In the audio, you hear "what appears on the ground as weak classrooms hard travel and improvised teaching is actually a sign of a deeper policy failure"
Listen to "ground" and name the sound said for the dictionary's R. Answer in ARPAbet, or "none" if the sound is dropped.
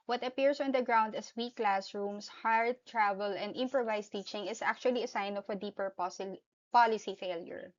R